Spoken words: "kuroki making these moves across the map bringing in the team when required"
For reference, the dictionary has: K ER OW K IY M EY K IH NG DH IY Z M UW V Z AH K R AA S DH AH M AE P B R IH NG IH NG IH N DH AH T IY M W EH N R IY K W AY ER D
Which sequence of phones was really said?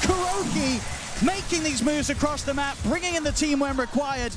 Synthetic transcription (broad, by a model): K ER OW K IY M EY K IH NG DH IY Z M UW V Z AH K R AA S DH AH M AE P B R IH NG IH NG IH N DH AH T IY M W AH N R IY K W AY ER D